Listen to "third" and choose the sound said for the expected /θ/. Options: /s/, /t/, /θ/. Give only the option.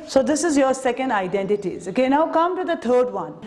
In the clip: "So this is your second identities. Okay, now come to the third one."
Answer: /t/